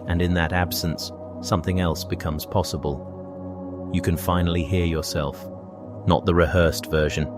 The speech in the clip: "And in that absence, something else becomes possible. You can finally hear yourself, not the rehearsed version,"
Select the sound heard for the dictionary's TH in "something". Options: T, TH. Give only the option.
TH